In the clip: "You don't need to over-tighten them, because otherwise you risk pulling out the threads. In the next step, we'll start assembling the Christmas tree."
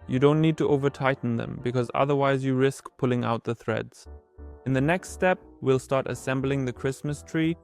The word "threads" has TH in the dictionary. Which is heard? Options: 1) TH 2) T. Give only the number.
1